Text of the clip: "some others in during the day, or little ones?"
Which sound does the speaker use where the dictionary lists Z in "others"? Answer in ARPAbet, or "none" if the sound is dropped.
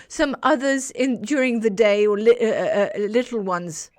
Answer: Z